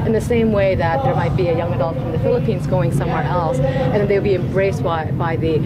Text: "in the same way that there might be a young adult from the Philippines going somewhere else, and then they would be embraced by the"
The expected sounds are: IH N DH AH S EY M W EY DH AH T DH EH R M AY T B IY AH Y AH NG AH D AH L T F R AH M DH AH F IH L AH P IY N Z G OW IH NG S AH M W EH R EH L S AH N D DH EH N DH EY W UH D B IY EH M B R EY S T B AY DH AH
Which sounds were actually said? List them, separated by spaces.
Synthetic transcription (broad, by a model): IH N DH AH S EY M W EY DH AH T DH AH R M AY T B IY AH Y AH NG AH D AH L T F R AH M DH AH F IH L AH P IY N Z G OW IH NG S AH M W EH R EH L S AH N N DH EY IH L B IY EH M B R EY S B B AY DH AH